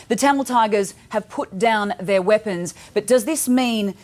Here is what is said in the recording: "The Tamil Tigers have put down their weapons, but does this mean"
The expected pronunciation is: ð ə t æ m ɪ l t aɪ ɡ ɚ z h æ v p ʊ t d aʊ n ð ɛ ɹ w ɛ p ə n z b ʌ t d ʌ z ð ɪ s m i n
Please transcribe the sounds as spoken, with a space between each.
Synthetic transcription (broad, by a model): ð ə t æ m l t aɪ ɡ ɚ z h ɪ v p ʊ t d aʊ n ð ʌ ɹ w ɛ p ə n z b ʌ t d ʌ z ð ɪ s m i n